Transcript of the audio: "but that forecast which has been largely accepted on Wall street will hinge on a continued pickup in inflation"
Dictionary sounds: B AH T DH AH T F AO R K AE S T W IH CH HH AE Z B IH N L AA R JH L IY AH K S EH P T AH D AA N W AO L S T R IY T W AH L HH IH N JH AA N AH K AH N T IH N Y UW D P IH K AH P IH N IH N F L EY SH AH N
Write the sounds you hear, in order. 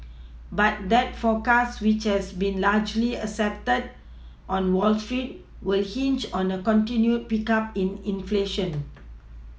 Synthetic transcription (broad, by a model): B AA T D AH T F AO K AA S W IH CH HH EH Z B IH N L AA JH L IY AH S EH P T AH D AA N W AO L S T R IY T W AH L HH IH N CH AA N AH K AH N T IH N Y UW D P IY K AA P IH N IH N F L EY SH AH N